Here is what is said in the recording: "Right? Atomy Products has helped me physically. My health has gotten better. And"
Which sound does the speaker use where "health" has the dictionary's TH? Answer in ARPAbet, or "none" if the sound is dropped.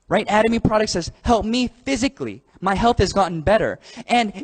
TH